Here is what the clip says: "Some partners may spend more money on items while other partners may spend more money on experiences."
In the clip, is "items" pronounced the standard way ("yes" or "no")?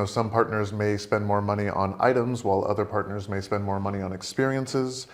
yes